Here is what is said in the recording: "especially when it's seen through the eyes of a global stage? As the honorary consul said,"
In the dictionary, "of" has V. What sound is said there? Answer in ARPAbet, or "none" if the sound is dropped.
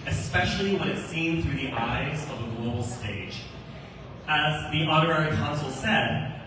V